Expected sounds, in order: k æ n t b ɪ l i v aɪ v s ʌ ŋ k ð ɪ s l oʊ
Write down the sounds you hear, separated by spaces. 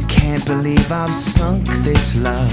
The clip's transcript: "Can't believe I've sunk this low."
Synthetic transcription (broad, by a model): k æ n b ɪ l i v aɪ v s ʌ ŋ k ð ɪ s l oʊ